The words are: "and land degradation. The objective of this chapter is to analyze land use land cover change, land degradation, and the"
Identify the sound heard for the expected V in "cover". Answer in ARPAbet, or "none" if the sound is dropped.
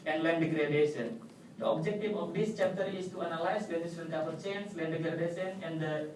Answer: P